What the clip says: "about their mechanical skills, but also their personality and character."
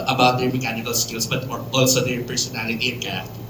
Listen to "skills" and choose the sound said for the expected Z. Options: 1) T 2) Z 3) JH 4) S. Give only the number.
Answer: 4